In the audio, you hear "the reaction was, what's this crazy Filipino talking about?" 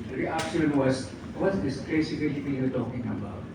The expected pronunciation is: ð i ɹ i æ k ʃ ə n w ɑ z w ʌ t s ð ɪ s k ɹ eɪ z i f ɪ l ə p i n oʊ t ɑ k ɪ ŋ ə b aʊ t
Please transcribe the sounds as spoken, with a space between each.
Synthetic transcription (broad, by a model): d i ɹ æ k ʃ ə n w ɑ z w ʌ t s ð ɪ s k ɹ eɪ s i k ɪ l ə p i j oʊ t ɑ k ɪ ŋ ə b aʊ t